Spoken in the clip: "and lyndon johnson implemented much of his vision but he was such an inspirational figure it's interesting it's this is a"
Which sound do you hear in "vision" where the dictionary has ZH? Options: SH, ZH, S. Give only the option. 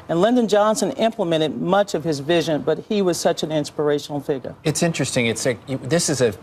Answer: ZH